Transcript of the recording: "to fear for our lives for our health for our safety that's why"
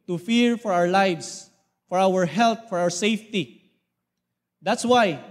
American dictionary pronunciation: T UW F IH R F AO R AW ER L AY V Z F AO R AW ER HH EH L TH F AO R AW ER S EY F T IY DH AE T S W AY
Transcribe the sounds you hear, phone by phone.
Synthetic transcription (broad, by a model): T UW F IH R F AO R AW ER L AY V S F AO R AW ER HH EH L T F AO R AW ER S EY F T IY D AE T S W AY